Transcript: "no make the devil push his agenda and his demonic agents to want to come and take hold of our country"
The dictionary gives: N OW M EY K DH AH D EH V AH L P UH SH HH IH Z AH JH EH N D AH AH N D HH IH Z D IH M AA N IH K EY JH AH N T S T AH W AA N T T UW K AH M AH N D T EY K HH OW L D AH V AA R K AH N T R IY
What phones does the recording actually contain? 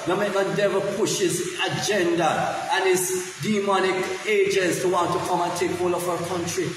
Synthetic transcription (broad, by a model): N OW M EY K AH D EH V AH P UH SH HH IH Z AH JH EH N D AH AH N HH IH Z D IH M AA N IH K EY JH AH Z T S T AH W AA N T T UW K AH M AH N T EY K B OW L AH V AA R K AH N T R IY